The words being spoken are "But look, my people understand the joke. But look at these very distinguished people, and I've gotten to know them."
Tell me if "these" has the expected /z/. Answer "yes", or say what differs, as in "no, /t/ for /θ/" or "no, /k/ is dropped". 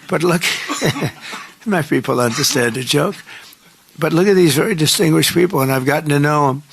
yes